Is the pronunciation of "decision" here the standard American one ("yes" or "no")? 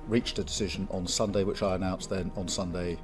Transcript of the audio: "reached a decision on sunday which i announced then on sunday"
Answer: yes